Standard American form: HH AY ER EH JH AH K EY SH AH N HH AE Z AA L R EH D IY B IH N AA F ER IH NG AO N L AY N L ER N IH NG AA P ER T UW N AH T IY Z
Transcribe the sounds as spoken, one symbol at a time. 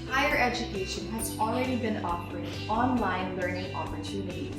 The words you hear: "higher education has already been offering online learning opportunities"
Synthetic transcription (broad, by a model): HH AY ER EH JH AH K EY SH AH N HH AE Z AA L R EH D IY B IH N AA P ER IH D AO N L AY N L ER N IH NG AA P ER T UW N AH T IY